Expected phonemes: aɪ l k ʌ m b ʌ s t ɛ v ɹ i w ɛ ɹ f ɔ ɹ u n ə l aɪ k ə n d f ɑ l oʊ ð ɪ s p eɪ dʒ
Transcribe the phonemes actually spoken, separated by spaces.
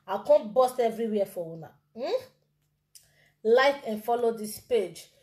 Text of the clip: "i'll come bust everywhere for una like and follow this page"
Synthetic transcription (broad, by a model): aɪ k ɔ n b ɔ s t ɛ v ɹ i w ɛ f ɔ w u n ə l aɪ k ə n f ɑ l oʊ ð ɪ s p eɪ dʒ